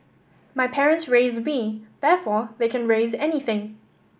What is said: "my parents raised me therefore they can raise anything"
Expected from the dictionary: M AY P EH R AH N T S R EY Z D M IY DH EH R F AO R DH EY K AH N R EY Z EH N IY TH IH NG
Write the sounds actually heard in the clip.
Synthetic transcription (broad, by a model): M AY P EH R AH N T S R EY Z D M IY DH EH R F AO DH EY K AH N R EY Z EH N IY TH IH NG